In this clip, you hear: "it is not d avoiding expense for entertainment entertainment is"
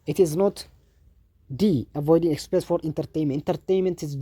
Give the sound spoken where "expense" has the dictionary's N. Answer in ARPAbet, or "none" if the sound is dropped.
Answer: none